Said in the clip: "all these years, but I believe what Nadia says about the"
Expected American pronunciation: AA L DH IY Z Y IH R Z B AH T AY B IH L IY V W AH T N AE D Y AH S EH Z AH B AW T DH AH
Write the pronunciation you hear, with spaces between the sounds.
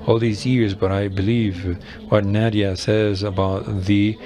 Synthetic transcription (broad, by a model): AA L DH IY Z Y IH R Z B AH T AY B IH L IY V W AH T N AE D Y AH S EH Z AH B AW T DH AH